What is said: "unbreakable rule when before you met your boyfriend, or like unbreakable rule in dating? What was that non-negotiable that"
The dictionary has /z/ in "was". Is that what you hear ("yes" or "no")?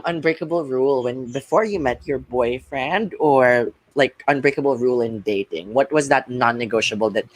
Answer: yes